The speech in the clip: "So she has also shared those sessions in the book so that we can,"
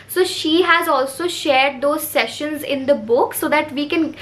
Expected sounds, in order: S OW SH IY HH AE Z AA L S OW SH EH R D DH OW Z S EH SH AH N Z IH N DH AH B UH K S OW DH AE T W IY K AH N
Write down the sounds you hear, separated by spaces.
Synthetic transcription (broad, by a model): S OW SH IY HH AE Z AA L S OW SH EH R D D OW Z S EH SH AH N Z IH N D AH B UH K S OW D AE T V IY K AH N